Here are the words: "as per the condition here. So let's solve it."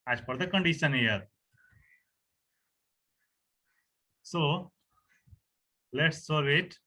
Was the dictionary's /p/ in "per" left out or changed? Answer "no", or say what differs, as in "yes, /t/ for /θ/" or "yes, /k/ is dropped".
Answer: yes, /f/ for /p/